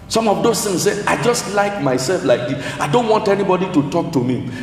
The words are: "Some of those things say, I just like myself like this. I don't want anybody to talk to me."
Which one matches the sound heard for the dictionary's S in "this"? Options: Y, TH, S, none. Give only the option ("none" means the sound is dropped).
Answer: none